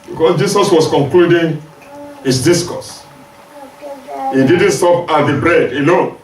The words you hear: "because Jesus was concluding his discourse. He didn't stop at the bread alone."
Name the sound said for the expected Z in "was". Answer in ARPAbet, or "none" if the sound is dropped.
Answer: S